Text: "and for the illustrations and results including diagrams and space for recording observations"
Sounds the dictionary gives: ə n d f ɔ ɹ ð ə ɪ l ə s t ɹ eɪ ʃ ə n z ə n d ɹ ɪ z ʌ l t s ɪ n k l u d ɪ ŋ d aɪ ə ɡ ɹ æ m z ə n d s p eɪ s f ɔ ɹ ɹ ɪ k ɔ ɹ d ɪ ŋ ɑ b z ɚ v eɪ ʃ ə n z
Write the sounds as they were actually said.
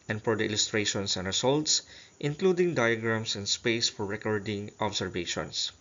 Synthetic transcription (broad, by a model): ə n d f ɔ ɹ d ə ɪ l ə s t ɹ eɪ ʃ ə n s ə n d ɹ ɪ s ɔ l t s ɪ n k l u d ɪ ŋ d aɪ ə ɡ ɹ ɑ m s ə n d s p eɪ s f ɔ ɹ ɹ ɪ k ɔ ɹ d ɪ ŋ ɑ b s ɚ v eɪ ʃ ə n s